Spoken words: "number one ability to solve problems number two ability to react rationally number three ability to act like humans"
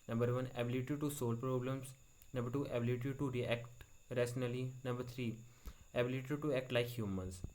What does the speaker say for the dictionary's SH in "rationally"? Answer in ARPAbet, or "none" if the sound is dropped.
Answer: S